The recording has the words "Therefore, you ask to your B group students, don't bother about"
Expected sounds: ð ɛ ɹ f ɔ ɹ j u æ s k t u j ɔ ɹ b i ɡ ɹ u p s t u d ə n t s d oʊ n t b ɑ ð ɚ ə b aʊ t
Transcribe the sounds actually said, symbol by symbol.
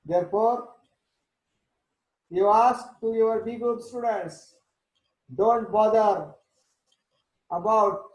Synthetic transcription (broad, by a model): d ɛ ɹ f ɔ ɹ j u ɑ s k t u j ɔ ɹ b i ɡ u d s t u d ə n t s d oʊ n t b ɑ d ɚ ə b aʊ t